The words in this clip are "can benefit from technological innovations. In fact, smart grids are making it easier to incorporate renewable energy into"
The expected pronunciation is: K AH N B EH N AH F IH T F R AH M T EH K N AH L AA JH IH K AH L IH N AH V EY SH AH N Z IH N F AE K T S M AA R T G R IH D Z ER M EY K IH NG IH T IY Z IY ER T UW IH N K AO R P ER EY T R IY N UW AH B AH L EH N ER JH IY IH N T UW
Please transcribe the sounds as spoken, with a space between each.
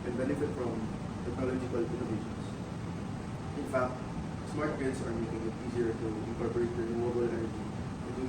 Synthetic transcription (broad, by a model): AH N B EH N AH F IH T F R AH M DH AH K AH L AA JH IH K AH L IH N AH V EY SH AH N S IH N F AE K T S M AA R T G IH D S ER M EY K IH NG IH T IY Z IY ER T UW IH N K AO R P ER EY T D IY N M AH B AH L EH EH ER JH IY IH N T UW